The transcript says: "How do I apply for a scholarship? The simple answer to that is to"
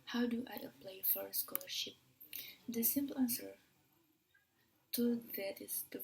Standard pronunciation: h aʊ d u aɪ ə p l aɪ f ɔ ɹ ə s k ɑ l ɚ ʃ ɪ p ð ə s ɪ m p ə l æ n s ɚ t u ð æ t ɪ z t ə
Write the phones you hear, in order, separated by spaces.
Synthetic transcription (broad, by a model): h aʊ d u aɪ ə p l aɪ f ɔ ɹ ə s k ɑ l ɚ ʃ ɪ p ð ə s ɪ m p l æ n s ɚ t u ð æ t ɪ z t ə